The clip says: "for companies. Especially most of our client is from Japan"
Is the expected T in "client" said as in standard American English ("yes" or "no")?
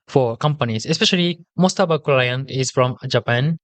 no